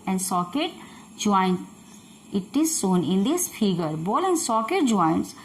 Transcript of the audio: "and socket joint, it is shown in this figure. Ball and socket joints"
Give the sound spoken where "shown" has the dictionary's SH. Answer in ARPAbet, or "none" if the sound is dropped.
S